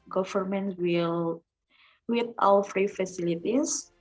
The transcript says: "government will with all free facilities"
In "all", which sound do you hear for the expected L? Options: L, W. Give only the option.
W